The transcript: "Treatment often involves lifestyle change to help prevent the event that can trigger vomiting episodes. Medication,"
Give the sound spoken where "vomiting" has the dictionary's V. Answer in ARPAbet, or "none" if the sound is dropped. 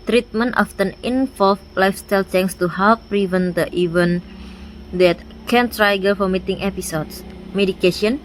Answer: F